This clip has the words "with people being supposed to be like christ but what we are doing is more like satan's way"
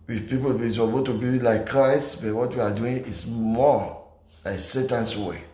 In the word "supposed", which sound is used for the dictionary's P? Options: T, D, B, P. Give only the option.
B